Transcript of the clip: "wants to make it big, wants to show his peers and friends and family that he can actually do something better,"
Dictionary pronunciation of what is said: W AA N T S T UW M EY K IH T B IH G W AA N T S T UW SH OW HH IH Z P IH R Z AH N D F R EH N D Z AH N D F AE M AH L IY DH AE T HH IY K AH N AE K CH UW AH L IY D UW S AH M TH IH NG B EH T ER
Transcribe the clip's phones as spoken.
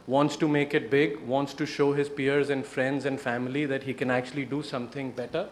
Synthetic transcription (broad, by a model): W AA N T S T UW M EY K IH T B IH G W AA N T S T UW SH OW HH IH Z P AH R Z AH N D F R EH N D Z AH N D F AE M AH L IY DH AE T HH IY K AH N AE K CH UW AH L IY D UW S AH M T IH NG B EH T ER